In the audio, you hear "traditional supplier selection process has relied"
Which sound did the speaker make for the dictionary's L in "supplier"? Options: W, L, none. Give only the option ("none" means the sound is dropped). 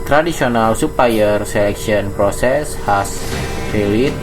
none